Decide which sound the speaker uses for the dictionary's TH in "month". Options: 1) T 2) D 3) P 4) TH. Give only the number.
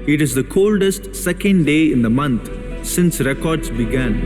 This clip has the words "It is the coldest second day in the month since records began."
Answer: 1